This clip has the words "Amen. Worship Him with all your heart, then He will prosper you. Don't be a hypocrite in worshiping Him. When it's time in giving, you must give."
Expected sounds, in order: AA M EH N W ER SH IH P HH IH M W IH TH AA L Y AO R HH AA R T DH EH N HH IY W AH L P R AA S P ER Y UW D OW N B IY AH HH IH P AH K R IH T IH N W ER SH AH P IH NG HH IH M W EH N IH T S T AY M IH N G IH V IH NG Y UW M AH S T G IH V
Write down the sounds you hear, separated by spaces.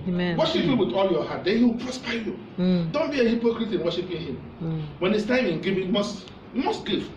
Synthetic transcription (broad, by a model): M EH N W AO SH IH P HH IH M W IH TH AA L Y AO HH AA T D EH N HH IY W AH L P R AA S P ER Y UW D OW N B IY AH HH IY P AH K R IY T IH N W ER SH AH P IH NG HH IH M W EH N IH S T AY IH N G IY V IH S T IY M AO S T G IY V